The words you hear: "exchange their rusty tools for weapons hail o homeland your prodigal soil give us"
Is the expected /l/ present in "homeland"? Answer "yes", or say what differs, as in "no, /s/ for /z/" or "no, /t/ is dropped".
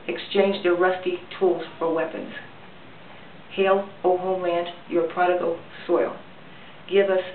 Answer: no, /l/ is dropped